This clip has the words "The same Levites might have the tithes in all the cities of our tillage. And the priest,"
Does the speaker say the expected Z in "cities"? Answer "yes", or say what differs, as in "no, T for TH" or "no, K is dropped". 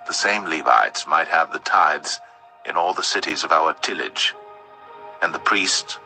yes